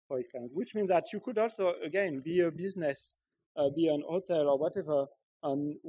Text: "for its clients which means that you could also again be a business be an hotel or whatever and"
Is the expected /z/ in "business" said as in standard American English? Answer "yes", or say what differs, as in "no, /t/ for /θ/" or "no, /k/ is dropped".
yes